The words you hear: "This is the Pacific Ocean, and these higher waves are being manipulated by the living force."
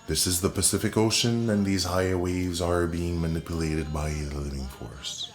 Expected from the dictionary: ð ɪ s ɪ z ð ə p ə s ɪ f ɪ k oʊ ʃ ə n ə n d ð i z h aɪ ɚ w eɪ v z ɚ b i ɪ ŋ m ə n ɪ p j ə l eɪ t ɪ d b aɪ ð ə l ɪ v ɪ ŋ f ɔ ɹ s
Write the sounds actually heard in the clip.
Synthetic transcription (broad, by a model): ð ɪ s ɪ z ð ə p ə s ɪ f ɪ k oʊ ʃ ə n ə n ð i z h aɪ ɚ w eɪ v z ɚ b i ɪ ŋ m ə n ɪ p j ə l eɪ t ɪ d b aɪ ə l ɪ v ɪ ŋ f ɔ ɹ s